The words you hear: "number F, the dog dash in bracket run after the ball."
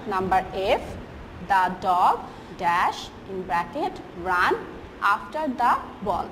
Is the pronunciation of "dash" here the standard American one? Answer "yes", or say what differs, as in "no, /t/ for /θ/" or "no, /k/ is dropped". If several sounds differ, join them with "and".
yes